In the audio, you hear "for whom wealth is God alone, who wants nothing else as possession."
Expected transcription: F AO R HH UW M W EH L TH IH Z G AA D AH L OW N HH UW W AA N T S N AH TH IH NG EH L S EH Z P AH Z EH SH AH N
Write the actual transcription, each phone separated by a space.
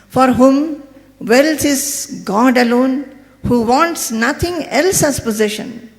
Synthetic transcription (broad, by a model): F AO R HH UW M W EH L S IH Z G AA D AH L OW N HH UW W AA N T S N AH T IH NG EH L S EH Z P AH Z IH SH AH N